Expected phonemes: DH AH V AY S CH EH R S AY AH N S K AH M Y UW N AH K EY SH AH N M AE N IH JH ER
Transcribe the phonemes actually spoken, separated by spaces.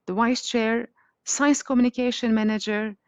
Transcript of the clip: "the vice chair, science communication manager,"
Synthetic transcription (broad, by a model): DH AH W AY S CH EH R S AY AH N S K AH M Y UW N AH K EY SH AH N M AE N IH JH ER